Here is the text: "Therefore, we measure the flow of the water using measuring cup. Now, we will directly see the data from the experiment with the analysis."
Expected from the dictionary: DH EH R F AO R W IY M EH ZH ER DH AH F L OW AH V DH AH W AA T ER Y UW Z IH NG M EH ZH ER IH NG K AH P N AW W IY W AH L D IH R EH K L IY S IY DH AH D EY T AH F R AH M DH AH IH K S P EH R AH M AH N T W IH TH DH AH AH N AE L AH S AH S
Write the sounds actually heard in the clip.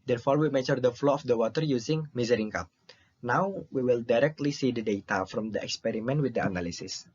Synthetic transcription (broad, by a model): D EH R F AO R W IY M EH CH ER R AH F L OW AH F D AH W AA T ER Y UW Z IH NG M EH Z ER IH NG K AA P N AW W IY W AH L D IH R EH K L IY S IY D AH D EY T AH F R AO M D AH IH K S P EH R AH M AH N T W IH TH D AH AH N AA L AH S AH S